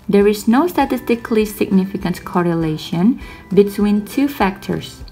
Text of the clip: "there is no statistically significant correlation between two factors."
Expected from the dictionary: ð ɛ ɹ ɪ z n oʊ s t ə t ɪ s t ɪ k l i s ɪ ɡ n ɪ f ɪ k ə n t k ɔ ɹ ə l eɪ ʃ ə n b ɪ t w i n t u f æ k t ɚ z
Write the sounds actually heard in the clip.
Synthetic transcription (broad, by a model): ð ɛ ɹ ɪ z n oʊ s t ə t ɪ s t ɪ k l i s ɪ ɡ n ɪ f ɪ k ə n t k ɔ ɹ ə l eɪ ʃ ə n b ɪ t w i n t u f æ k t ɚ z